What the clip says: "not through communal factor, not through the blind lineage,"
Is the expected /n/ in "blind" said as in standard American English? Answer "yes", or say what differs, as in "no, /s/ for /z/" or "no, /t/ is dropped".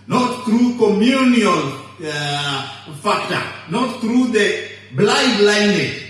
no, /n/ is dropped